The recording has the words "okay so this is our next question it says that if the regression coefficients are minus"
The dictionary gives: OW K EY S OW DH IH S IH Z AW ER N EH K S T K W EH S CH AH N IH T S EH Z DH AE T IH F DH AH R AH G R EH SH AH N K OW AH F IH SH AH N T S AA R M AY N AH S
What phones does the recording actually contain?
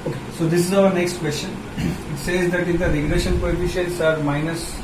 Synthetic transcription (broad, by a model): OW K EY S OW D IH S IH Z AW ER N EH K S T K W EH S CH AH N IH T S EH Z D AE T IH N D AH R AH G R EH SH AH N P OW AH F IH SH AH T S AA R M AY N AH S